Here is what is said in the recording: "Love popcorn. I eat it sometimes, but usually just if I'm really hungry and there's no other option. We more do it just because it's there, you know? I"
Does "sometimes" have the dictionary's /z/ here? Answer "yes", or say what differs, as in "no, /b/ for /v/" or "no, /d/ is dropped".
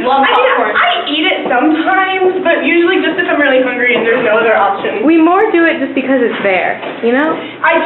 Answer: yes